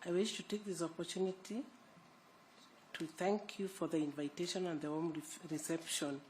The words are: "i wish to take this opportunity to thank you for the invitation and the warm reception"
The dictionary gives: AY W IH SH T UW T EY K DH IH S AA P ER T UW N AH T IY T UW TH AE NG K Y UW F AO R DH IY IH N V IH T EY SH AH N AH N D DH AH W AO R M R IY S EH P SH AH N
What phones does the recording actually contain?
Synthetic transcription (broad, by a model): AY W IH SH T UW T EY K DH IH S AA P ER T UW N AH T IY T UW TH AE NG K Y UW F AO R DH IY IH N V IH T EY SH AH N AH N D DH AH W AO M R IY S EH P SH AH N